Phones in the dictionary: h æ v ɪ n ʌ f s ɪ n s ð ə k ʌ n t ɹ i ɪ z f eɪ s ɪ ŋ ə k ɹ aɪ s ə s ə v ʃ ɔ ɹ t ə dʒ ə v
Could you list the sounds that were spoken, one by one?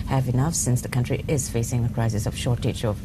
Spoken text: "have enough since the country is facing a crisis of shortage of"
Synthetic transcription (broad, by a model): h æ v ɪ n ʌ f s ɪ n s ð ə k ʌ n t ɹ i ɪ z f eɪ s ɪ ŋ ə k ɹ aɪ s ə s ə v ʃ ɔ ɹ t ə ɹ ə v